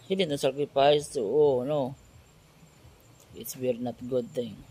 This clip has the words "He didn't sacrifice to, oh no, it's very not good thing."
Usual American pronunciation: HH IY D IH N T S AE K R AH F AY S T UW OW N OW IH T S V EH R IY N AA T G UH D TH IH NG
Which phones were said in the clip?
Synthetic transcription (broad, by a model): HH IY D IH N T S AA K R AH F AY S T UW OW N OW IH T S W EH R N AA T G UH D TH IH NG